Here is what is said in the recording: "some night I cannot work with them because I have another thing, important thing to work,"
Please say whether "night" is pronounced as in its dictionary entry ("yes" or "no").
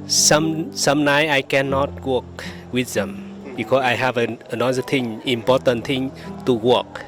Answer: no